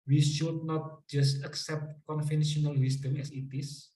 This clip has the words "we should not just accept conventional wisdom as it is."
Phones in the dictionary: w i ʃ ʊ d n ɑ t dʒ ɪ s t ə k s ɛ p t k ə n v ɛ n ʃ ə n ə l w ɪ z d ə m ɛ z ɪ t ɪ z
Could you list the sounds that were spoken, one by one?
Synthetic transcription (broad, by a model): w i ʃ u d n ɑ t dʒ ɪ s t ə k s ɛ p t k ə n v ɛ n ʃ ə n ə l w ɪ s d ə m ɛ s ɪ t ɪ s